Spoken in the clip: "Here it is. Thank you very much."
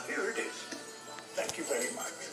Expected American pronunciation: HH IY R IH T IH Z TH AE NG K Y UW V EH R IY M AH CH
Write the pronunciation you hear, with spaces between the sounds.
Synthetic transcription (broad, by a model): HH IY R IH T IH Z T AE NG K Y UW V EH R IY M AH CH